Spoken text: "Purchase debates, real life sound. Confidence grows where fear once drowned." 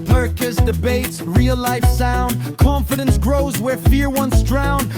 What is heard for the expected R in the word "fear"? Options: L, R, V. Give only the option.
R